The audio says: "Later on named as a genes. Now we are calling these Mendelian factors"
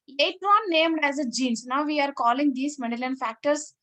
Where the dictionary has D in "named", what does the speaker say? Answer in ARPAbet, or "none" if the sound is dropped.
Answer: D